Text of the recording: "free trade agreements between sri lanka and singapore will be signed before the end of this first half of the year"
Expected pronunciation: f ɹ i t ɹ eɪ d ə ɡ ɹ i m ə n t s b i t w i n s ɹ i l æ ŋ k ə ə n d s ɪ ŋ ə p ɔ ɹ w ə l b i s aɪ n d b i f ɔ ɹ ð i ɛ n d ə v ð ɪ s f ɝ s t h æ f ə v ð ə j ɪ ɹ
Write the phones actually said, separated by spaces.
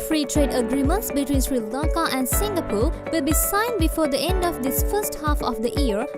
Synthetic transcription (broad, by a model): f ɹ i t ɹ eɪ d ə ɡ ɹ i m ə n t s b i t w i n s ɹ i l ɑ k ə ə n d s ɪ ŋ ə p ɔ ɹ w ə l b i s aɪ n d b i f ɔ ɹ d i ɛ n d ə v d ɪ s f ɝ s t h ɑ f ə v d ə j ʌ ɹ